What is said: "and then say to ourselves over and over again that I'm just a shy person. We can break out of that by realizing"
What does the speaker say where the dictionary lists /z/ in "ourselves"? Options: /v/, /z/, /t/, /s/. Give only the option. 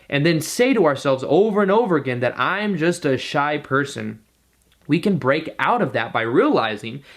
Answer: /z/